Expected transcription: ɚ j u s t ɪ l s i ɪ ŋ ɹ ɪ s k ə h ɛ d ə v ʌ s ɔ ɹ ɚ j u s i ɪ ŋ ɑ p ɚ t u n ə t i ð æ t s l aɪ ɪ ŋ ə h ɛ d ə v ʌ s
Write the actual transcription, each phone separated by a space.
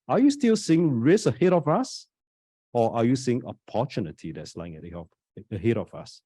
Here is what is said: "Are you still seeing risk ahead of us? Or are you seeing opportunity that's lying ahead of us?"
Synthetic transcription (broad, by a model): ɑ j u s t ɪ l s i ɪ ŋ ɹ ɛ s ə h ɛ d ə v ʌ s ɔ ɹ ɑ j u s i ɪ ŋ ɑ p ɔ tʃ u n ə t i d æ t s l aɪ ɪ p ə h ɛ d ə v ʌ s